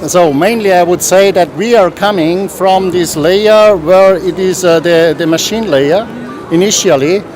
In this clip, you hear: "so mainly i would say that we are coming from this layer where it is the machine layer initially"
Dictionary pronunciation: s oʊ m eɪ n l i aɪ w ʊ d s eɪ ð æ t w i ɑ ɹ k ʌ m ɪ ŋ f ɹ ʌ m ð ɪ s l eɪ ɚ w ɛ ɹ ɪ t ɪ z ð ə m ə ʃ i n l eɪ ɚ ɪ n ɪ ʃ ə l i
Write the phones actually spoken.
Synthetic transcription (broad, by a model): s oʊ m eɪ n l i aɪ w ʊ d s eɪ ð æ t w i ɑ ɹ k ʌ m ɪ ŋ f ɹ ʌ m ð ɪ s l eɪ ɚ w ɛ ɹ ɪ t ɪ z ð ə m ə ʃ i n l eɪ ɚ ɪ n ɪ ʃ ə l i